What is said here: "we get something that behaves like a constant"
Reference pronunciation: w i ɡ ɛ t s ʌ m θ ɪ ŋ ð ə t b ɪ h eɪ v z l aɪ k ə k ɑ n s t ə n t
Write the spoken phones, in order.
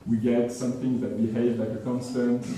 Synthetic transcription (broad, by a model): w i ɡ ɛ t s ʌ m θ ɪ ŋ ð ə t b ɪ h eɪ v l aɪ k ə k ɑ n s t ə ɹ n